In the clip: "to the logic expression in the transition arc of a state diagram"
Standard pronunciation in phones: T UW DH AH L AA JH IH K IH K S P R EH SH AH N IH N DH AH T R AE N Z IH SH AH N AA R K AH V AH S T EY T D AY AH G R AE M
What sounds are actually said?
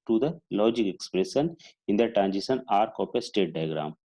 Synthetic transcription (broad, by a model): T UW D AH L AA JH IH K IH K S P R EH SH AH N IH N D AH T R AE N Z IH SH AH N AA R K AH P AH S T EY T D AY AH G R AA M